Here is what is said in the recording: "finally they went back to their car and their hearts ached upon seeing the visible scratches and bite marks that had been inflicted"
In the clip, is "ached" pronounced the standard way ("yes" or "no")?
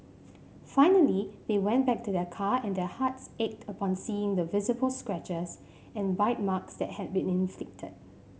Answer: yes